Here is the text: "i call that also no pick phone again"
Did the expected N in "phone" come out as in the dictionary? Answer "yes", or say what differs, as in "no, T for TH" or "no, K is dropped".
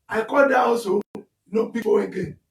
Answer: no, N is dropped